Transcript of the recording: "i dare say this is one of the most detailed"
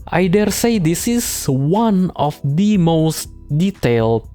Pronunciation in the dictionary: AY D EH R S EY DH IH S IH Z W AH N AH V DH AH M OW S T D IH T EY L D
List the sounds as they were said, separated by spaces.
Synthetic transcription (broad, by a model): AY D EH R S EY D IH S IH S W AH N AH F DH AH M OW S T D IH T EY L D